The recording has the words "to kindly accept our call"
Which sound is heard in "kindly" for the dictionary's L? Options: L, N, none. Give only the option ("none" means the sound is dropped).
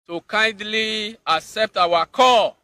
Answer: L